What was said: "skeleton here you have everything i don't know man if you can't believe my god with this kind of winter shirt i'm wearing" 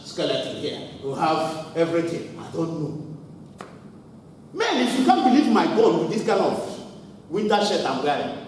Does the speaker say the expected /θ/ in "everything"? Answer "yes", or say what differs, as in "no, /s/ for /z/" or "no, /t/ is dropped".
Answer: no, /t/ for /θ/